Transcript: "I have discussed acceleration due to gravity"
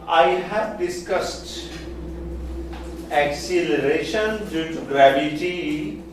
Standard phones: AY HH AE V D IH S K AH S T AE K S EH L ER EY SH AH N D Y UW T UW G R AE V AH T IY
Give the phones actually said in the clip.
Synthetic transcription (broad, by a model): AY HH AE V D IH S K AH S T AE K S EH L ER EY SH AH N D Y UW T UW G R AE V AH T IY